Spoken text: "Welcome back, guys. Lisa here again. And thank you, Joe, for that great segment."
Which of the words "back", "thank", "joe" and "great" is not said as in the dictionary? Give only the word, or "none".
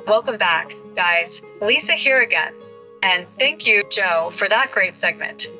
none